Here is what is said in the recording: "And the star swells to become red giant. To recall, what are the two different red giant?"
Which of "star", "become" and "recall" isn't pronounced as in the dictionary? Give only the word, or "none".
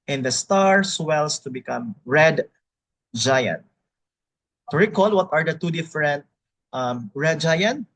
none